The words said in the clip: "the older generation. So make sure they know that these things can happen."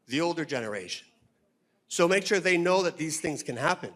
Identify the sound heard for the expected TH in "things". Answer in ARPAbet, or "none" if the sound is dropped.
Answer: TH